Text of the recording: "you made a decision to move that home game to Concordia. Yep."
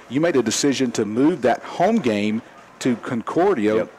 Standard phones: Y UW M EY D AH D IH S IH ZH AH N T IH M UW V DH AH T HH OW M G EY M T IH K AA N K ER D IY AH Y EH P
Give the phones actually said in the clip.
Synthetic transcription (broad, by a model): Y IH M EY D AH D IH S IH ZH AH N T IH M UW V DH AH T HH OW M G EY M T IH K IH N K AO D IY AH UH